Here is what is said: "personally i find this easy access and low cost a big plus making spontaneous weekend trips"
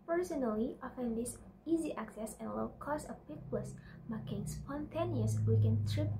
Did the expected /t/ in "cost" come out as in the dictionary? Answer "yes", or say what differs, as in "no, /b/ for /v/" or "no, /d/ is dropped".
no, /t/ is dropped